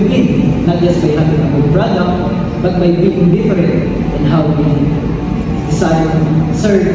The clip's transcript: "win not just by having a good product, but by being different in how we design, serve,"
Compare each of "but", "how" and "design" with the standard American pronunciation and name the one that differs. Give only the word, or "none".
design